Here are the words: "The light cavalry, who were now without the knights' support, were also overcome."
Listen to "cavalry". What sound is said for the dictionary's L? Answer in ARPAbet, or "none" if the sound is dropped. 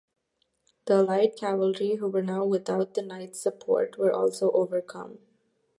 L